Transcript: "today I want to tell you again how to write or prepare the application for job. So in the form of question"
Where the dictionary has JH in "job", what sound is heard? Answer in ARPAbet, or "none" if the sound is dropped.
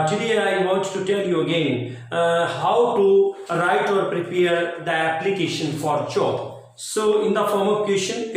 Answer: CH